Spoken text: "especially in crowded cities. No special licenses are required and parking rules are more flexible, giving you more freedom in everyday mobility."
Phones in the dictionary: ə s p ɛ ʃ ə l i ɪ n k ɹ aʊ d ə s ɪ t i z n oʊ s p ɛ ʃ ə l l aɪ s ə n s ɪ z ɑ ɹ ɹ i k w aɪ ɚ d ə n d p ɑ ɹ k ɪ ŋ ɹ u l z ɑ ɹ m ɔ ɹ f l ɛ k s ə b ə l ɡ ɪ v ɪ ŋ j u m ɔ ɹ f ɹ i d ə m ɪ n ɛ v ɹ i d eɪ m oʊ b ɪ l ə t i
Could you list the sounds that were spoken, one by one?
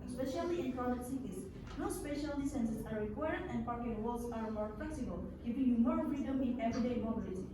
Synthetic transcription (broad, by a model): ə s p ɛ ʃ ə l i ɪ n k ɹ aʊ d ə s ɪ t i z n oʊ s p ɛ ʃ ə l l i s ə n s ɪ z ɑ ɹ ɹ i k w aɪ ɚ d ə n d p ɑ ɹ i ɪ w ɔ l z ɑ ɹ m ɔ ɹ f l ɛ k s ə b ə l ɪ f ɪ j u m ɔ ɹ f ɹ i d ə m ɪ n ɛ v ɹ i d eɪ m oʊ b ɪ l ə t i